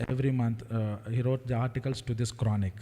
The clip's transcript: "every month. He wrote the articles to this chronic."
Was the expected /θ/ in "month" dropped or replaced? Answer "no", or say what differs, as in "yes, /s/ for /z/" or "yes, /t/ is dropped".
yes, /t/ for /θ/